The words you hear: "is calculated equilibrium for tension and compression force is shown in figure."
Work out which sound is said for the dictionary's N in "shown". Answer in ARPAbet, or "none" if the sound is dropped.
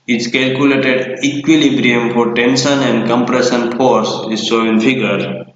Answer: none